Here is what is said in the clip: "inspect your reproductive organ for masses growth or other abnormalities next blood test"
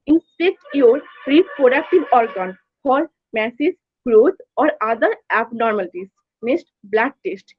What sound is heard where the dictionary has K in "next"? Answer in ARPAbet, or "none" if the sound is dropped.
none